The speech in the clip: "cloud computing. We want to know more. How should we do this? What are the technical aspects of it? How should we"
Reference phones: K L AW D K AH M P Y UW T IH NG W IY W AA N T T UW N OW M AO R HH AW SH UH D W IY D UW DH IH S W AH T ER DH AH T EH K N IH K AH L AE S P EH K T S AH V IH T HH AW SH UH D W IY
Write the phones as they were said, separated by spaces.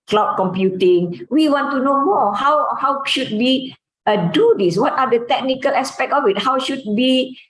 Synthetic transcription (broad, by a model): K L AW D K AH M P Y UW T IH NG W IY W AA N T T UW N OW M AO W HH AW SH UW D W IY D UW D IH S W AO T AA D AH T EH K N IH K AH L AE S P EH K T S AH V IH T HH AW SH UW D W IY